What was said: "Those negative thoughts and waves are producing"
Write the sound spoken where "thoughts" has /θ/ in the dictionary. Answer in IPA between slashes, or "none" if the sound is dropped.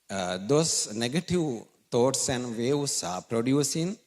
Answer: /t/